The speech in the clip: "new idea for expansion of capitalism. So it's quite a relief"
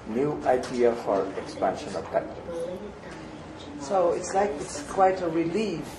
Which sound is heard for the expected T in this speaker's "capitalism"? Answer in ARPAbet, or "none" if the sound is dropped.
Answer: S